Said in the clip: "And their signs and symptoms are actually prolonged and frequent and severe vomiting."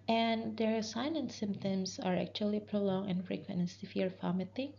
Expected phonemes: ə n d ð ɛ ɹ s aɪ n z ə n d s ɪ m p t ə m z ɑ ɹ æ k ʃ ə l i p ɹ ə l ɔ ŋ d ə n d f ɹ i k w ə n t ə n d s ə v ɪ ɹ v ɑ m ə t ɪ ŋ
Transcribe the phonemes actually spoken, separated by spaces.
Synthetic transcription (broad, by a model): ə n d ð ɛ ɹ s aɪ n ə n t s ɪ m p t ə m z ɑ ɹ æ k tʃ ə l i p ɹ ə l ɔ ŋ ə n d f ɹ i k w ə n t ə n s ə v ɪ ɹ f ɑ m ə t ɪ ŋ